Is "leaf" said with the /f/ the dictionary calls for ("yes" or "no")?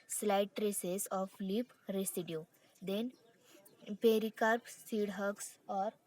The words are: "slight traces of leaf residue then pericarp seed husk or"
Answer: no